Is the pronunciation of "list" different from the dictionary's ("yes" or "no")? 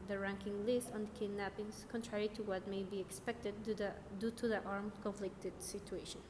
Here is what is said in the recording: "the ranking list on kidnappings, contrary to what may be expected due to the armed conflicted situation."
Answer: no